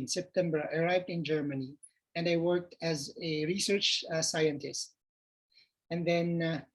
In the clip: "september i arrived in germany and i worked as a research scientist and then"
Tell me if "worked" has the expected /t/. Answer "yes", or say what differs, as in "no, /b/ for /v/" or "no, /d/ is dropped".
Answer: yes